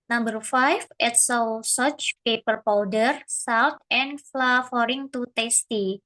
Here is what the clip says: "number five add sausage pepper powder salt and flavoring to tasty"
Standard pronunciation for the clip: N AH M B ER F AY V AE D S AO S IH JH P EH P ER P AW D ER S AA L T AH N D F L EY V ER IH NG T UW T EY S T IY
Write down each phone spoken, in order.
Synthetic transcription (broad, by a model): N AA M B ER F AY F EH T S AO S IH CH P EH P ER P AW D ER S AA W T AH N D F L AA F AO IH NG T UW T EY S T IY